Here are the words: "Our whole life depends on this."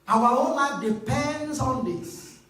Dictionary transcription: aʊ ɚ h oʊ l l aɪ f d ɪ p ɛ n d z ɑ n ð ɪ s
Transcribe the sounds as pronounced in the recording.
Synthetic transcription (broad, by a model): aʊ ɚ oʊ n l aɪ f d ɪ p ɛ n d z ɑ n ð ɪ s